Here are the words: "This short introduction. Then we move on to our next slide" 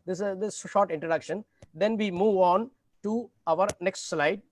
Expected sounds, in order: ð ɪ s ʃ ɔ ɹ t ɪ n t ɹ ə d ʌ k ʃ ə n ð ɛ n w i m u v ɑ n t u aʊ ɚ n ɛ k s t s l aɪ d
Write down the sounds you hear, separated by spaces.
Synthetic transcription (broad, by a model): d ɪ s ʃ ɔ ɹ t ɪ n t ɹ ə d ʌ k ʃ ə n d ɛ n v i m u v ɑ n t u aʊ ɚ n ɛ k s t s l aɪ d